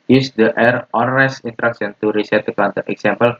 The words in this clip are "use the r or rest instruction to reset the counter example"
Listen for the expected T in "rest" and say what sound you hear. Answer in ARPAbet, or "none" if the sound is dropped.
none